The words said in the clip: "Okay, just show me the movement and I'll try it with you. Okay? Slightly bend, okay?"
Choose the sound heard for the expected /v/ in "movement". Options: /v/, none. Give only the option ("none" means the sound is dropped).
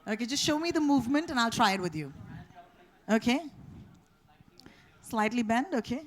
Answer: /v/